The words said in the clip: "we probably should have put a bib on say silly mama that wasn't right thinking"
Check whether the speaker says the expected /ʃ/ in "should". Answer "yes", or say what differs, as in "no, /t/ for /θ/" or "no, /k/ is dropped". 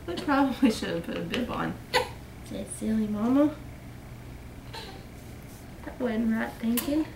yes